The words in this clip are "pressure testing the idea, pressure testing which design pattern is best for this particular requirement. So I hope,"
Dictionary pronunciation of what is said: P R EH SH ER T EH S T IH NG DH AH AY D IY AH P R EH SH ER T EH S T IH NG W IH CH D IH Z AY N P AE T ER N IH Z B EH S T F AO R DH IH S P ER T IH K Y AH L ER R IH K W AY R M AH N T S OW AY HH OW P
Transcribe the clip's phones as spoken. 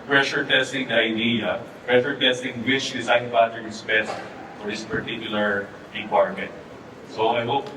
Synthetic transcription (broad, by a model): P R EH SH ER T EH S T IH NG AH AY D IY AH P R EH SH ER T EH S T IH NG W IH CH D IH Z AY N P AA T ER IH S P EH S F AO R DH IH S P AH T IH K Y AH L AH R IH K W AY R M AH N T S OW AY HH OW P